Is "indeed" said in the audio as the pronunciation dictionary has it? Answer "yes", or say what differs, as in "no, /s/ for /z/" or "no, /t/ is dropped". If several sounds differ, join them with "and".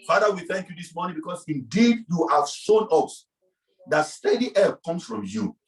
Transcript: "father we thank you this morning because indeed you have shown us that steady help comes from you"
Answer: yes